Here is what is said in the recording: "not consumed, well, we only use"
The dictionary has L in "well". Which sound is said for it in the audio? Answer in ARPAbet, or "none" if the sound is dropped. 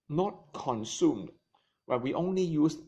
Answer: N